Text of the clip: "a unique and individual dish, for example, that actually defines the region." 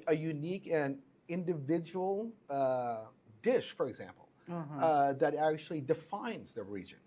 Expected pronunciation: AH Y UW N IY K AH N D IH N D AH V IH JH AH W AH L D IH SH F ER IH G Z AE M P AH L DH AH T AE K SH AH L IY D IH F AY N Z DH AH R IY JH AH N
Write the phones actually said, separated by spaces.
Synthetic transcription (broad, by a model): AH Y UW N IY K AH N IH N D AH V IH JH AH W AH D IH SH F ER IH G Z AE M P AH L DH AH T AE K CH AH L IY D IH F AY N Z DH AH R IY JH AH N